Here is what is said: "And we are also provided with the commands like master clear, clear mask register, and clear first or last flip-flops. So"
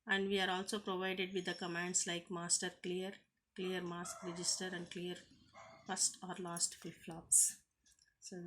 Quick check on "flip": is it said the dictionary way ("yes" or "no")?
no